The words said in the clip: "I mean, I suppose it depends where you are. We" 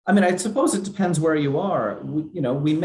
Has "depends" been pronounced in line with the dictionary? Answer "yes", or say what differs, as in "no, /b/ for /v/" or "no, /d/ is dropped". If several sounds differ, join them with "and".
yes